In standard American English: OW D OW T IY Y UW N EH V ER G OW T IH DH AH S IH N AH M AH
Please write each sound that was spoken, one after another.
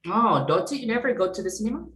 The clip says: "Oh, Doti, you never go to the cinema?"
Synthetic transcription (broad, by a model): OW D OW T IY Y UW N EH V ER G OW T IH DH AH S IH N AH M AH